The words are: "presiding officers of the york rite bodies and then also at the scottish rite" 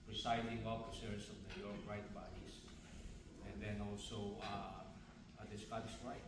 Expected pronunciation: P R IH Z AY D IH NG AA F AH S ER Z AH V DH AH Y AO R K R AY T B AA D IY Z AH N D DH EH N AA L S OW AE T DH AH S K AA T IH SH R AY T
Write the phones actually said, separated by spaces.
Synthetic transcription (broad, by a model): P R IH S AY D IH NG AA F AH S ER S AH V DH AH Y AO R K R AY T B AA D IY S AH N D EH N AA L S OW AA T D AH S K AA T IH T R AY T